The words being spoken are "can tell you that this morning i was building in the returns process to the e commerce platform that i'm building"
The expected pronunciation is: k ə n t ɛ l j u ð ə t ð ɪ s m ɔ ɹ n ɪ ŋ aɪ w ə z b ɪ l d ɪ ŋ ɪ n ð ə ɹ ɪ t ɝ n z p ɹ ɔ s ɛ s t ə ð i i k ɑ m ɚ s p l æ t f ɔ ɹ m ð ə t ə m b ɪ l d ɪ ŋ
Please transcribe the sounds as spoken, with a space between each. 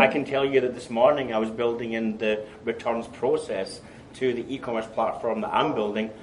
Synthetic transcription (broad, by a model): k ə n t ɛ l j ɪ ð ə t ð ɪ s m ɔ ɹ n ɪ ŋ aɪ w ə z b ɪ l d ɪ ŋ ɪ n ð ə ɹ ɪ t ɝ n z p ɹ ɔ s ɛ s t ə ð i i k ɑ m ɚ s p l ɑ t f ɔ ɹ m ð ə t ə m b ɪ l d ɪ ŋ